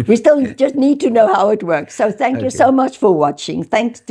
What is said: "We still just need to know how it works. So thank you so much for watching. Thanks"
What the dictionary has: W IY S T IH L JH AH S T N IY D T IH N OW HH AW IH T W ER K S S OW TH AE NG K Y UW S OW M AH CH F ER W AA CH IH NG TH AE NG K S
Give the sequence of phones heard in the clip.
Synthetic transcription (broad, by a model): W IY S T IH L JH AH S T N IY D T IH N OW HH AW IH T W ER K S S OW TH AE NG K Y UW S OW M AH CH F ER W AA CH IH NG TH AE NG K S